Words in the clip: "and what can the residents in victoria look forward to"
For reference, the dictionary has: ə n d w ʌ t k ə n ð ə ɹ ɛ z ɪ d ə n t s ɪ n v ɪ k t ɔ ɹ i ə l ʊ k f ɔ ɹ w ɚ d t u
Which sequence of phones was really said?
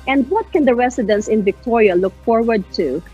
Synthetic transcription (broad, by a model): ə n d w ʌ t k ə n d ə ɹ ɛ s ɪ d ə n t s ɪ n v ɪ k t ɔ ɹ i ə l ʊ k f ɔ ɹ w ɚ d t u